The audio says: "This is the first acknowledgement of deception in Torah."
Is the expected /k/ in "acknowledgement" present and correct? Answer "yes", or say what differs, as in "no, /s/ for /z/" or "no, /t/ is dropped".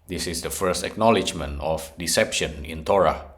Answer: yes